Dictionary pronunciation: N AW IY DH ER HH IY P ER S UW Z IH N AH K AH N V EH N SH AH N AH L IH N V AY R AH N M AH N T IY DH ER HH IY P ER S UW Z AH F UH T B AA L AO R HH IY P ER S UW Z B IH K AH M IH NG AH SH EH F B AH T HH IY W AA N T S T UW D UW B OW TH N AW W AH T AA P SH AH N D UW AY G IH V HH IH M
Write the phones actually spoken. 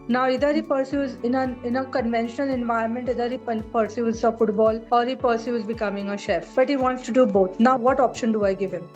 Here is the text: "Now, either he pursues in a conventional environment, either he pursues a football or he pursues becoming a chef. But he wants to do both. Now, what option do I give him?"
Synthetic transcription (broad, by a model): N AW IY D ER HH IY P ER S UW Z IH N AH K AH N V EH N SH AH N AH L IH N V AY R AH N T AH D T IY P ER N P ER S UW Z AH F UH T B AA L AO R HH IY P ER S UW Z B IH K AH M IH NG AH SH EH F B AH T HH IY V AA N T S T UW D UW B OW T N AW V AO T AA P SH AH N D UW AY G IH V HH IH M